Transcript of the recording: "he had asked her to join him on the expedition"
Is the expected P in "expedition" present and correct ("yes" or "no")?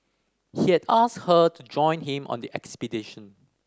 yes